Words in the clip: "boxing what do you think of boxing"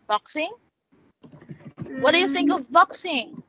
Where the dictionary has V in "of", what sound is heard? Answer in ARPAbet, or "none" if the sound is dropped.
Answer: V